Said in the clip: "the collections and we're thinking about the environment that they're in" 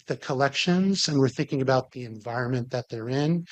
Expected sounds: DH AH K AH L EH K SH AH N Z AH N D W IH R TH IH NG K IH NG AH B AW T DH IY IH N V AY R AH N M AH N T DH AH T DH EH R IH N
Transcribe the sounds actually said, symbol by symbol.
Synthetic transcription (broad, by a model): DH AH K AH L EH K SH AH N Z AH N W IH R TH IH NG K IH NG AH B AW T DH IY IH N V AY R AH N M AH N DH AH T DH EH R IH N